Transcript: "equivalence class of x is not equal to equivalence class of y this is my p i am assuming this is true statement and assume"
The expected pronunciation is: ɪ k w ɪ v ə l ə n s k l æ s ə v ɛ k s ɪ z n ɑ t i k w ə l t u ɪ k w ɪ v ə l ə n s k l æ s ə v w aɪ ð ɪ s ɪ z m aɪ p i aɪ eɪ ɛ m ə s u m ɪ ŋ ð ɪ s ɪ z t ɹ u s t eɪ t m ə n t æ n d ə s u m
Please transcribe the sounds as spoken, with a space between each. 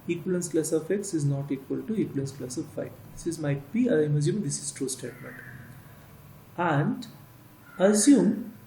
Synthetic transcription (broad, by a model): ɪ k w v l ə n s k l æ s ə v ɛ k s ɪ z n ɑ t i k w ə l t u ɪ k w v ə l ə n s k l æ s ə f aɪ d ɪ s ɪ z m aɪ b i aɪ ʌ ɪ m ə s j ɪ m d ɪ s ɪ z t ɹ u s t eɪ t m ə n t æ n d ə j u m